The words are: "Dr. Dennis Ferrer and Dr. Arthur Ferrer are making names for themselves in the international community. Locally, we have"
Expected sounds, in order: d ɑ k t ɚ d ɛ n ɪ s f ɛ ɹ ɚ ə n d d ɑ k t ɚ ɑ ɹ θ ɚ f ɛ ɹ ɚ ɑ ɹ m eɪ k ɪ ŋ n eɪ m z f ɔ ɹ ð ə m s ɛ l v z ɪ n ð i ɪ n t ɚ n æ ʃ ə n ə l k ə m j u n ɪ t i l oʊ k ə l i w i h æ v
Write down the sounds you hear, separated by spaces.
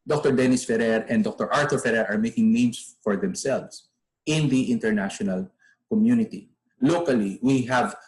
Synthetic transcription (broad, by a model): d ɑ k t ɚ d ɛ n ɪ s f ɛ ɹ ɚ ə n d d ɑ k t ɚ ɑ ɹ t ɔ f ɛ ɹ ɚ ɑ ɹ m eɪ k ɪ ŋ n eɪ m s f ɔ ɹ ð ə m s ɛ l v s ɪ n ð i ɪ n t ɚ n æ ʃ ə n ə l k ə m j u n ɪ t i l oʊ k ə l i w i h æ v